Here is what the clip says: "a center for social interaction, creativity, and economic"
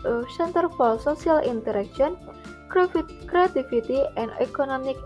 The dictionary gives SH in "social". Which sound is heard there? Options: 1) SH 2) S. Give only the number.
2